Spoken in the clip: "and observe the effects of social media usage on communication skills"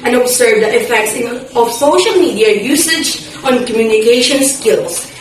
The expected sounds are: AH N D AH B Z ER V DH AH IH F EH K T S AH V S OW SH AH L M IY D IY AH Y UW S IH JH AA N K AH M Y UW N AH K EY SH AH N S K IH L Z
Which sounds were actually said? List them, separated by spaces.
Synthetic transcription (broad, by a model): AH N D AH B S ER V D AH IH F EH K T S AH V S OW SH AH L M IY D IY AH Y UW S IH JH AA N K AH M Y UW N AH K EY SH AH N S K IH L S